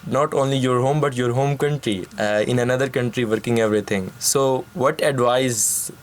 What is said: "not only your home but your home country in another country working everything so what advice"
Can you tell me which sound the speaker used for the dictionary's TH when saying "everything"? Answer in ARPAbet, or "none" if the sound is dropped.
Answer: T